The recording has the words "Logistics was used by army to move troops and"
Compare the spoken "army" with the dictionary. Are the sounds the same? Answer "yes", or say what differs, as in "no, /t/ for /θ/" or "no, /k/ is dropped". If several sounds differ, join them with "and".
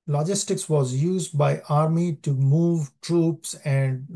yes